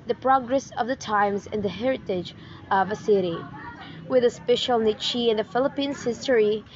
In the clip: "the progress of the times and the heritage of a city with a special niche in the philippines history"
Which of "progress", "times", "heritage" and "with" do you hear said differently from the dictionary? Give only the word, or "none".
none